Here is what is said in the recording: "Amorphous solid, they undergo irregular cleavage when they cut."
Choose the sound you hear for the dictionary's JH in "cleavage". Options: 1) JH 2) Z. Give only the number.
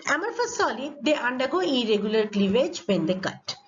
1